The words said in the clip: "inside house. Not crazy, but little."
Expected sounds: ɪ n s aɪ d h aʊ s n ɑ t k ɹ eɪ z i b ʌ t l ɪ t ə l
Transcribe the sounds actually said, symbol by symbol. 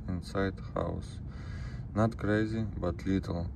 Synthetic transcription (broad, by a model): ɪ n s aɪ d h aʊ s n ɑ t k ɹ eɪ z i b ʌ t l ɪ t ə l